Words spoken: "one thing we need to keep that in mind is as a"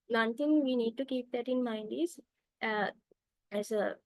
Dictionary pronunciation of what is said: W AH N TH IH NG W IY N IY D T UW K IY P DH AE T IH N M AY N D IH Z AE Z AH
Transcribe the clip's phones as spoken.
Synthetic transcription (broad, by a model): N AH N T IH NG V IY N IY D T UW K IY P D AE T IH N M AY N D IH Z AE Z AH